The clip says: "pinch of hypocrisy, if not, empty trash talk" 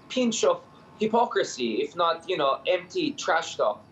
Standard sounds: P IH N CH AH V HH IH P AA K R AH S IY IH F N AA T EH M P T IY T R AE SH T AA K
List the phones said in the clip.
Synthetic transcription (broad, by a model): P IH N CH AH V HH IH P AA K R AH S IY IH F N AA T EH M P T IY T R AE SH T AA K